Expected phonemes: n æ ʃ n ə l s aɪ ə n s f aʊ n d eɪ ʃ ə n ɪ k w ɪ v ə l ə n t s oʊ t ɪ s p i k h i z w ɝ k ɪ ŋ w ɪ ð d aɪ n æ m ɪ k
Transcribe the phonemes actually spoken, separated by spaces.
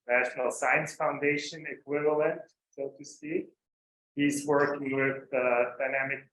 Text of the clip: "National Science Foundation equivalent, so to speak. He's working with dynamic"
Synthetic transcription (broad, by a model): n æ ʃ n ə l s aɪ ə n s f aʊ n d eɪ ʃ ə n ɪ k w ɪ v ə l ə n t s oʊ t ɪ s i h i z w ɝ k ɪ ŋ w ɪ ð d aɪ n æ m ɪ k